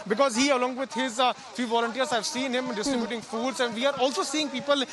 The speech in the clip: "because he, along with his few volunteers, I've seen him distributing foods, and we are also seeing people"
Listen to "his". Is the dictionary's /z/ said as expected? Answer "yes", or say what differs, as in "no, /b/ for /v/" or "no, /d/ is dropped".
yes